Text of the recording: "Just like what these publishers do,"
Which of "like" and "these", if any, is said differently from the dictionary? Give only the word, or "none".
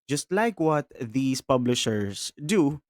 these